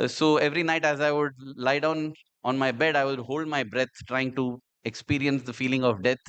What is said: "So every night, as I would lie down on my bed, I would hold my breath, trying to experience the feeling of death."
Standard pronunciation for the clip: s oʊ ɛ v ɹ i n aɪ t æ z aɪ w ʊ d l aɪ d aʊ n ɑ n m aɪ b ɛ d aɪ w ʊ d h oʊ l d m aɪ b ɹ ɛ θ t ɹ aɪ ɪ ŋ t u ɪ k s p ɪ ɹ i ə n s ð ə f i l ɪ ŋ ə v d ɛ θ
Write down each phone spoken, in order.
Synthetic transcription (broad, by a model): s oʊ ɛ v ɹ i n aɪ t æ z aɪ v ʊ d l aɪ d aʊ n ɑ n m aɪ b ɛ d aɪ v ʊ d h oʊ l d m aɪ b ɹ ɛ t t ɹ aɪ ɪ ŋ t u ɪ k s p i ɹ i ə n s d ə f i l ɪ ŋ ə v d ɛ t